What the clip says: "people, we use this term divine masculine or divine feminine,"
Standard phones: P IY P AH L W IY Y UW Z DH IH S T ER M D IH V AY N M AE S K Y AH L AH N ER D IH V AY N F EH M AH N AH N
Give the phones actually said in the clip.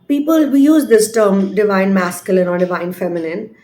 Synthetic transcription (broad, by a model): P IY P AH L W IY Y UW Z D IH S T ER M D IH V AY N M AE S K Y AH L AH N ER D IH V AY N F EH M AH N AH N